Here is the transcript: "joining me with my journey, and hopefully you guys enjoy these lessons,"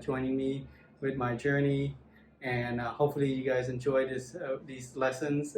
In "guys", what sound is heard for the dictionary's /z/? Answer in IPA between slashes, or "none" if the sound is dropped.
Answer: /z/